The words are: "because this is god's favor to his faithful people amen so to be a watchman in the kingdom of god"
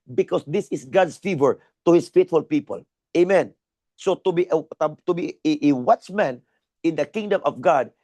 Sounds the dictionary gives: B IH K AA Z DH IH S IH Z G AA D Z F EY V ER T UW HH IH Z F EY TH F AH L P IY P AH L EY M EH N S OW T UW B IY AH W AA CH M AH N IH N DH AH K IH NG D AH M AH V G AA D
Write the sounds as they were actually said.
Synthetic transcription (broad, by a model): B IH K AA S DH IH S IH S G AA D S F EY V ER T UW HH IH S F EY T F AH L P IY P AH L EY M EH N S OW T UW B IY AH W AA CH M AH N IH N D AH K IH NG D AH M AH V G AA D